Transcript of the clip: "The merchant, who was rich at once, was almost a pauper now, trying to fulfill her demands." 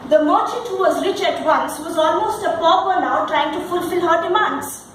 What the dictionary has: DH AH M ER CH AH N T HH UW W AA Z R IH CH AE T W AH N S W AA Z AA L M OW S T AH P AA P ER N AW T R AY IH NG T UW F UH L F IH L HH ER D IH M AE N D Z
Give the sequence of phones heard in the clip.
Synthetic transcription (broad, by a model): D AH M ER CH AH T HH UW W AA Z R IH CH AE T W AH N S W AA Z AA L M OW S T AH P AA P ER N AW T R AY IH NG T UW F UH L F IH L HH ER D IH M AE N D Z